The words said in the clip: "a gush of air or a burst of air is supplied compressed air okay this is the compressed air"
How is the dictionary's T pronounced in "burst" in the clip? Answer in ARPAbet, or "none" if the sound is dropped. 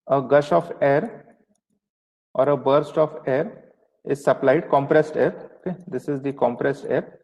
T